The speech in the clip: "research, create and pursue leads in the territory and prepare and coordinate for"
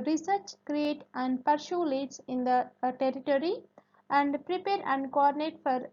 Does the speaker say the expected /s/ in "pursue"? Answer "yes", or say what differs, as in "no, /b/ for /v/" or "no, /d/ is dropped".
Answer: no, /ʃ/ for /s/